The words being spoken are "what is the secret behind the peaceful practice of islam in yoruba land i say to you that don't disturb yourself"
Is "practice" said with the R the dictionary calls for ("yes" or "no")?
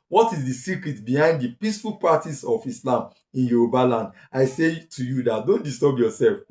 no